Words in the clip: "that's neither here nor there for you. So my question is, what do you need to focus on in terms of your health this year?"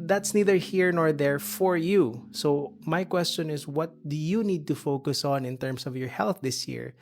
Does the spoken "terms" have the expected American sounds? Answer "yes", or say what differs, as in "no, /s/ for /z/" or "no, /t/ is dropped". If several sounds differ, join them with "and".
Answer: no, /s/ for /z/